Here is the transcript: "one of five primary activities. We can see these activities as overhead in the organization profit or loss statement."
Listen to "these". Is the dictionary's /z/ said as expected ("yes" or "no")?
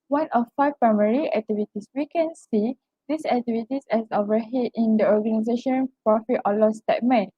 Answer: no